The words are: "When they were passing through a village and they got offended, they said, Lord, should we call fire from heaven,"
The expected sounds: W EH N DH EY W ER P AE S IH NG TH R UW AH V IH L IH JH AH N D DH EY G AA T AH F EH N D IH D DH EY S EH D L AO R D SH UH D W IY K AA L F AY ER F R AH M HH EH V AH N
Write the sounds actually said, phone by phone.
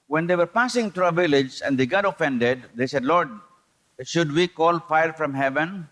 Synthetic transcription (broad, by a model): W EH N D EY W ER P AE S IH NG T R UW AH V IH L IH JH AH N D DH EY G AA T AH F EH N D IH D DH EY S EH D L AO R D SH UH D W IY K AA L F AY ER F R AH M HH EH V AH N